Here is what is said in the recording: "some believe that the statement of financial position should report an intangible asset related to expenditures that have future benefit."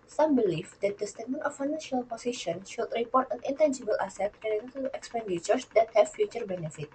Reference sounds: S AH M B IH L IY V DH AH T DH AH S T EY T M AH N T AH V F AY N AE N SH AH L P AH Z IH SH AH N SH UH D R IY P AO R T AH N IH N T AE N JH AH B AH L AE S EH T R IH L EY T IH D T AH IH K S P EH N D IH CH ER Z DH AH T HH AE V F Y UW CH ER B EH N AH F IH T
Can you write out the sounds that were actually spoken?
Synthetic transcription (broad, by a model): S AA M B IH L IY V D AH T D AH S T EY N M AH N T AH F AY N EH N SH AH L P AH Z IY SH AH N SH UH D R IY P AO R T AH N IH N T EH N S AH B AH L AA S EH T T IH N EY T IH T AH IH K S P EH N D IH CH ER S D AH T HH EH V F Y UW CH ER B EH N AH F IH T